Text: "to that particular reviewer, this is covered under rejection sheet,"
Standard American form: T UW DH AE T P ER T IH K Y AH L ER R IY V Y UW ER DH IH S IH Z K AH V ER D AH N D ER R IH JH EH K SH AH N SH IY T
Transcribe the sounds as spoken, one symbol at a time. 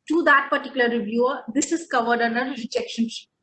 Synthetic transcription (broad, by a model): T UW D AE T P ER T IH K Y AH L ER R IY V Y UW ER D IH S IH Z K AH V ER D AH N D ER R IH JH EH K SH AH N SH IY